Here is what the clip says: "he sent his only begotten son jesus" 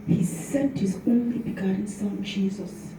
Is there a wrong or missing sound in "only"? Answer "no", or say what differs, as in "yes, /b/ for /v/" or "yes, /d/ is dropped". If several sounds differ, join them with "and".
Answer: no